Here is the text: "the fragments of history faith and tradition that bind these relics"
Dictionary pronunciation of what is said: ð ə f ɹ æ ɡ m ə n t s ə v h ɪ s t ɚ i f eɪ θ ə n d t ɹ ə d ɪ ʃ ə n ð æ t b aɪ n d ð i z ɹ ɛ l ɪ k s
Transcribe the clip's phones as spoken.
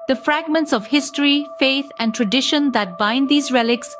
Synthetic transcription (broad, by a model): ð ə f ɹ æ ɡ m ə n t s ə v h ɪ s t ɚ i f eɪ t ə n t ɹ ə d ɪ ʃ ə n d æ t b aɪ n d i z ɹ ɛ l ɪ k s